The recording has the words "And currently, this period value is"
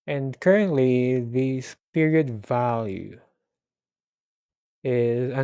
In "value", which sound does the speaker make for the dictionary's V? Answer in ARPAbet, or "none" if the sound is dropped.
V